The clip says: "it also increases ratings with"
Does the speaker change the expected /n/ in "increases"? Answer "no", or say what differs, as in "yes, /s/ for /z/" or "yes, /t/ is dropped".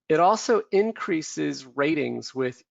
no